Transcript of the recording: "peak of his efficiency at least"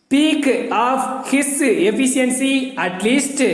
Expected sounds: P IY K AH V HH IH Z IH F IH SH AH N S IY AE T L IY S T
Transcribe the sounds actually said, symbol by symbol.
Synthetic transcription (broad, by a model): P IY K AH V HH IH S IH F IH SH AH N S IY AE T L IY S T